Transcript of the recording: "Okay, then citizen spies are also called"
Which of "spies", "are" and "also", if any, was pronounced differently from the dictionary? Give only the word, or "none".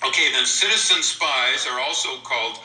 none